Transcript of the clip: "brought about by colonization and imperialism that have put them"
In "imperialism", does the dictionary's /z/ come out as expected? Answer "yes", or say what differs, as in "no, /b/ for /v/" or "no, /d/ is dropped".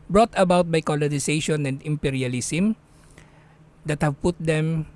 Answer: no, /s/ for /z/